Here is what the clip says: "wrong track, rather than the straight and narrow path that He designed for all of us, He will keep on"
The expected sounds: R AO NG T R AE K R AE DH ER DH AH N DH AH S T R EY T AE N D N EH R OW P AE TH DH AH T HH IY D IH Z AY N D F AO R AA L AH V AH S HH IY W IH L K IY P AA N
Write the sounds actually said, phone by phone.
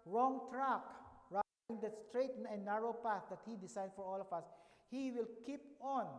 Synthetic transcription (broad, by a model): R AO NG T R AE K R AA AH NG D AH S T R EY T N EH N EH R OW P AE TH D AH T HH IY D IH S AY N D F AO R AA L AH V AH S HH IY W IH L K IY P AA N